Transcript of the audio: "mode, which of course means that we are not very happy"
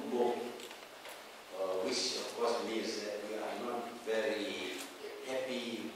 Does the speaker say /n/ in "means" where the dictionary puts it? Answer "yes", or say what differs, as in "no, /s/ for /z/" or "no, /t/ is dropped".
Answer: no, /n/ is dropped